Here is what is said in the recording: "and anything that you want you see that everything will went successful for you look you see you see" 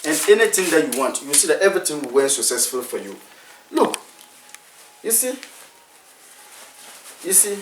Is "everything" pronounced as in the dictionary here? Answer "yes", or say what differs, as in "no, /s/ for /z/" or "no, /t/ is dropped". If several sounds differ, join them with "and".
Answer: no, /t/ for /θ/